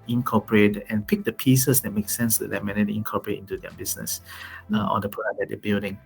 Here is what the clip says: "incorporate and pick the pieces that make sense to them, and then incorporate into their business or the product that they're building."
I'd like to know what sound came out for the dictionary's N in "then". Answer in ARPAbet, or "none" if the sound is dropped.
none